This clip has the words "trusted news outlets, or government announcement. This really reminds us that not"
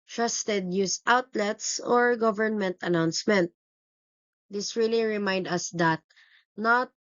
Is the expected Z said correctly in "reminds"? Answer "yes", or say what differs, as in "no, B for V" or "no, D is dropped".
no, Z is dropped